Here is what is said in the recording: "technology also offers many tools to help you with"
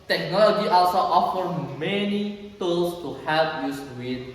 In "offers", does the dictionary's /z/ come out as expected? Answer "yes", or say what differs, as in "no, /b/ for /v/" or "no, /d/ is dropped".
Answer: no, /z/ is dropped